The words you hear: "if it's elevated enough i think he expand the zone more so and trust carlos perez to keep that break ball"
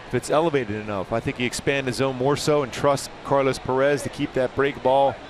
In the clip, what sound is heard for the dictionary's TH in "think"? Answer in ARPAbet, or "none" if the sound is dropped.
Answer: TH